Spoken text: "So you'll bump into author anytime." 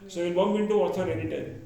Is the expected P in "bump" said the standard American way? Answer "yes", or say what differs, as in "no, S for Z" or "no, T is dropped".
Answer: no, B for P